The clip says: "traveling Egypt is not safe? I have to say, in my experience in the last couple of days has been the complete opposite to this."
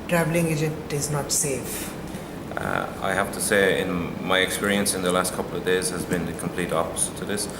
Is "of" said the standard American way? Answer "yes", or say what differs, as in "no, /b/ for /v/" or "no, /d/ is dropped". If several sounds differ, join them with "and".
yes